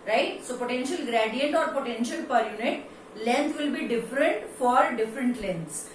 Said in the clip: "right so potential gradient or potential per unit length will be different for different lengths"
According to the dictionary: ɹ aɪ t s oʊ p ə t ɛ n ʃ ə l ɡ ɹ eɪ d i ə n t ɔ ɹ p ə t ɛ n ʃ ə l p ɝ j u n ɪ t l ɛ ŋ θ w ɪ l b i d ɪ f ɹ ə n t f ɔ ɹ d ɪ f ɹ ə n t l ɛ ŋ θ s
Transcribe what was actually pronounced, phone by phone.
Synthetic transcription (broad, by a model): ɹ aɪ t s oʊ p ə t ɛ n ʃ ə l ɡ ɹ eɪ d i ə n t ɔ ɹ p ə t ɛ n ʃ ə l p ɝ j u n ɪ t l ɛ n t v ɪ l b i d ɪ f ɹ ə n t f ɔ ɹ d ɪ f ɹ ə n t l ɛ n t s